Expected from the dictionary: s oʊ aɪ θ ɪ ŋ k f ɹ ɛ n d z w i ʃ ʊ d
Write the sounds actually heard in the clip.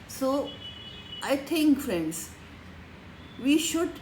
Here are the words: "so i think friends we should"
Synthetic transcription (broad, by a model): s oʊ aɪ t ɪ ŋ k f ɹ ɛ n d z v i ʃ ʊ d